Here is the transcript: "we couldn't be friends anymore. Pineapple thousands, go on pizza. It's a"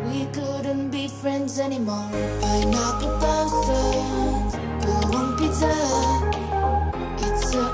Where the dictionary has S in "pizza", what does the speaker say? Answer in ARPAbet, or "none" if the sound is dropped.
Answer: none